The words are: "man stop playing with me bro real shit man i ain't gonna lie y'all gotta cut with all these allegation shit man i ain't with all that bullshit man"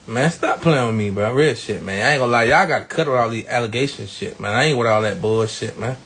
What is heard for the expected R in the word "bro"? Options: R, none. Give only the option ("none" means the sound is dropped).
none